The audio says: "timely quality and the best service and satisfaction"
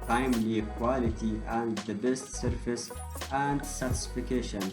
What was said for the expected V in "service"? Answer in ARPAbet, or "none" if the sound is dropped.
F